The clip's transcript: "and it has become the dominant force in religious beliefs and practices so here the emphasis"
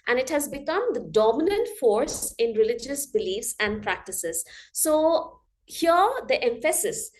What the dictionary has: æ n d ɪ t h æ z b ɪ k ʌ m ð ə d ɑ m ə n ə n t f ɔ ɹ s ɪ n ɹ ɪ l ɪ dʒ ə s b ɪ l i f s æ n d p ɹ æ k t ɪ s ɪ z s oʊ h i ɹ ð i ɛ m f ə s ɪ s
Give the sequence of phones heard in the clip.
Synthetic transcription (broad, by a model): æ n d ɪ t h æ z b ɪ k ʌ m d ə d ɑ m ə n ə n t f ɔ ɹ s ɪ n ɹ ɪ l ɪ dʒ ə s b ɪ l i f s æ n d p ɹ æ k t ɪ s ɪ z s oʊ h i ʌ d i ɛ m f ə s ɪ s